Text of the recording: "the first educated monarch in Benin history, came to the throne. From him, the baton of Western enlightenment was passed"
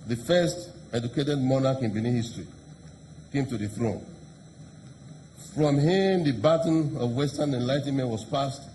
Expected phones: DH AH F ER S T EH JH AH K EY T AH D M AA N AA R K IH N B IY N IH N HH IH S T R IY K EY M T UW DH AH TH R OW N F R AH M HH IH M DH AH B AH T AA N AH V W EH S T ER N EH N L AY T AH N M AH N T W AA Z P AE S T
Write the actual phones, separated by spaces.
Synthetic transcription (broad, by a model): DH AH F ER S T EH JH AH K EY T AH D M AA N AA K IH N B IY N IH HH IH S T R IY K EY M T UW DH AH TH R OW N F R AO M HH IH M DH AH B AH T N AH V W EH S T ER N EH N L AY T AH N M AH N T W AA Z P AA S T